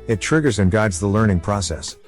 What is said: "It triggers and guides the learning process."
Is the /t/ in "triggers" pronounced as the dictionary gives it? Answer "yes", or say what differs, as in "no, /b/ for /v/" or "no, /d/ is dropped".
yes